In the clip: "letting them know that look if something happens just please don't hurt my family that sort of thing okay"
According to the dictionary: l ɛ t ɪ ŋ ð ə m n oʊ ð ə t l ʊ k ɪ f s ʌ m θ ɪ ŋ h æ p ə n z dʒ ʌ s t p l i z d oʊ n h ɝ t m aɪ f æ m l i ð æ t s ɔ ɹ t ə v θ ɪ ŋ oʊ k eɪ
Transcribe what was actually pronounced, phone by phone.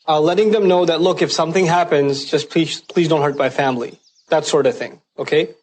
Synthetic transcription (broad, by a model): l ɛ t ɪ ŋ ð ə m n oʊ ð ə t l ʊ k ɪ f s ʌ m θ ɪ ŋ h æ p ə n z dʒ ʌ s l p l i z d oʊ n h ɝ t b aɪ f æ m l i ð æ t s ɔ ɹ t ə v θ ɪ ŋ oʊ k eɪ